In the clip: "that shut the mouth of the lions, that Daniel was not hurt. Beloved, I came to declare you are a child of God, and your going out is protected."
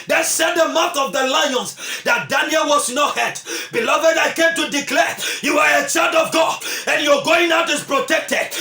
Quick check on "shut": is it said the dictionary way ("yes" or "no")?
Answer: no